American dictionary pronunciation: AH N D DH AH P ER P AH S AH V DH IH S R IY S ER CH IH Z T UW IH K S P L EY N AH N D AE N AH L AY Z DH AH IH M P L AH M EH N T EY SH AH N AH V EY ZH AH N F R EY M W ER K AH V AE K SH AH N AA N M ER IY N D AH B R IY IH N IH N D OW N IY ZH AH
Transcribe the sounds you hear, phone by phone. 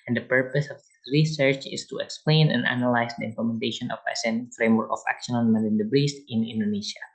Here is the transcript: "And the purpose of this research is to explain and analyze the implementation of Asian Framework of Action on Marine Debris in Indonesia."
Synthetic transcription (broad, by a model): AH N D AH P ER P AH S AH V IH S R IY S ER CH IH S T UW IH K S P L EY N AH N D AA N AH L AY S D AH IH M P L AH M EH N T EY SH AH N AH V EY S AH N F R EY M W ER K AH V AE K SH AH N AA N M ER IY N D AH B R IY IH N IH N D OW N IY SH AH